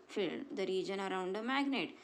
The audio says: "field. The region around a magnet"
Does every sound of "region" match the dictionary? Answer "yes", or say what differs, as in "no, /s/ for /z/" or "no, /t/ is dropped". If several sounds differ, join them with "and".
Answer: yes